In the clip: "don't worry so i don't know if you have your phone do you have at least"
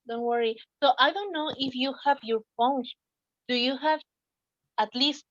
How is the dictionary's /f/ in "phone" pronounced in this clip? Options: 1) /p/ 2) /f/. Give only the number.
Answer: 1